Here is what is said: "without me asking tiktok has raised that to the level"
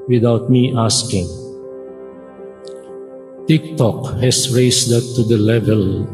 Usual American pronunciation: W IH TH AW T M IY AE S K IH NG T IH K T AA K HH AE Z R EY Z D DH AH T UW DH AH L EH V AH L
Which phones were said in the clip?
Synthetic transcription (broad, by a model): W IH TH AW T M IY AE S K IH NG T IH K T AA K HH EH S R EY S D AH T UW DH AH L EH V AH L